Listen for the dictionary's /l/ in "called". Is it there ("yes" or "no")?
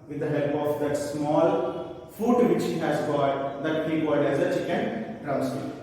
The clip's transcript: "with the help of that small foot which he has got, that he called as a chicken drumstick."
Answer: no